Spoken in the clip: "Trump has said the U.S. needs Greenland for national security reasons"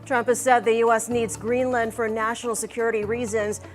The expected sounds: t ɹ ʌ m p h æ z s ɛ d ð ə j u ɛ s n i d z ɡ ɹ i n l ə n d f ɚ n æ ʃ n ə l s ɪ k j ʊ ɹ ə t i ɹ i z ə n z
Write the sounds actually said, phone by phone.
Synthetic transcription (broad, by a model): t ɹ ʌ m p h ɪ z s ɛ d ð ə j u ɛ s n i d z ɡ ɹ i n l ə n d f ɚ n æ ʃ n l s ɪ k j ʊ ɹ ə t i ɹ i z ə n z